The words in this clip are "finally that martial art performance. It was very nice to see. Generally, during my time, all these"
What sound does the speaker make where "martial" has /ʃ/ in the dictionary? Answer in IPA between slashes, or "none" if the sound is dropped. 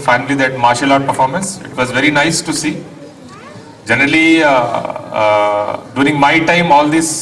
/ʃ/